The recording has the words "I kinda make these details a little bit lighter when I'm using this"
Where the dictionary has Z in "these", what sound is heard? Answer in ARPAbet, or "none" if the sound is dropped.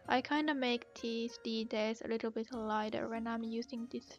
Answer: S